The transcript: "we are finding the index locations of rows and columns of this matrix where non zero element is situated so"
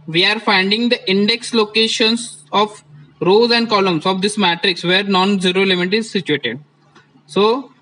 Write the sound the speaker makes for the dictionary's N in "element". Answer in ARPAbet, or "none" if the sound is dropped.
none